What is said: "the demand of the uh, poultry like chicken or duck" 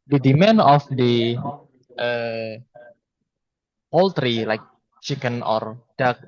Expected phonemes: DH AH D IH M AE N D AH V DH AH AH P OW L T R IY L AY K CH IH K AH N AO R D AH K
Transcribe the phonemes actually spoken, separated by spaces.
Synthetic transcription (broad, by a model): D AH D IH M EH N AH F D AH AH P OW L T R IY L AY K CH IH K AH N AO R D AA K